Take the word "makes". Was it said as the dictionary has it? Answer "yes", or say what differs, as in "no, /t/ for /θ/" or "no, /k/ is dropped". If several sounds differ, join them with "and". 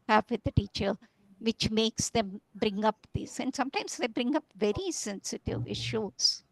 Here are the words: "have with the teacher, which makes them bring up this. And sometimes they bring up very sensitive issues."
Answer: yes